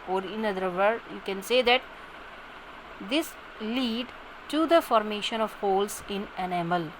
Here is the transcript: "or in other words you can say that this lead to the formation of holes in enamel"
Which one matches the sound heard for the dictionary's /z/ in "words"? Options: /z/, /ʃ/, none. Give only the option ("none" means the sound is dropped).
none